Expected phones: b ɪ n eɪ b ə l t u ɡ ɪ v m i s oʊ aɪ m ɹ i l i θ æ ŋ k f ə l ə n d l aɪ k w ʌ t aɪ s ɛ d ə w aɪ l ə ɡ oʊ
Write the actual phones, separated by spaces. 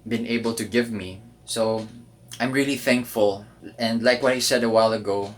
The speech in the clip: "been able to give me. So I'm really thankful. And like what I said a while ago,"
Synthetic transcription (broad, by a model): b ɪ n eɪ b ə l t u ɡ ɪ v m i s oʊ aɪ m ɹ i l i θ æ ŋ k f ə l ə n d l aɪ k w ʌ t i s ɛ d ə w aɪ l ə ɡ oʊ